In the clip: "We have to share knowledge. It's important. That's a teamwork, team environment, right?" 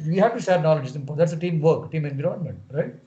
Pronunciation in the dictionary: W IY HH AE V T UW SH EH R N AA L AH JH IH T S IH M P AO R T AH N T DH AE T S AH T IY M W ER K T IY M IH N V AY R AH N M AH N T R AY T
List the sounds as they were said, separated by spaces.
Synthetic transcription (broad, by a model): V IY HH AE V T UW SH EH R N AA L AH JH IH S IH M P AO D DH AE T S AH T IY M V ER K T IY M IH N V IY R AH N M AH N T R AY T